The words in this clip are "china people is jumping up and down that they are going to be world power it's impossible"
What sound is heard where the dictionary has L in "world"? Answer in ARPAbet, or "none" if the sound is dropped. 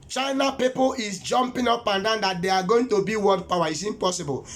none